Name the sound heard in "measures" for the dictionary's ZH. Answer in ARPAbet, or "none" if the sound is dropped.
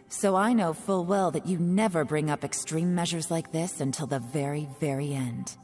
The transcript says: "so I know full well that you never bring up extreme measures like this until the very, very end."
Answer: ZH